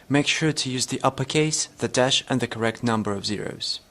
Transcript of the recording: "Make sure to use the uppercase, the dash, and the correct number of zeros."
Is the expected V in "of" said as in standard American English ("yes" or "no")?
yes